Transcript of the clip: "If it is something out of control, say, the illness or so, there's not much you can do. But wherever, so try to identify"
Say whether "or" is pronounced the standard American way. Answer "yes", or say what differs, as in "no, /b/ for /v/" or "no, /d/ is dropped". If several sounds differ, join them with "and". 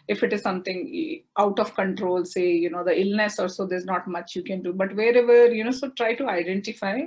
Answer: no, /l/ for /ɹ/